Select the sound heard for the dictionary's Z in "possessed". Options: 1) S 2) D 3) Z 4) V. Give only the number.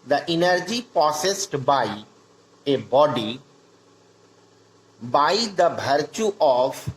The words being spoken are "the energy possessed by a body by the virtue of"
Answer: 1